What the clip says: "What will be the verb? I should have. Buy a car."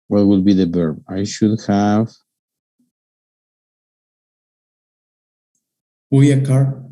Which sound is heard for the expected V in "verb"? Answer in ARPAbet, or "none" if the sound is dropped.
B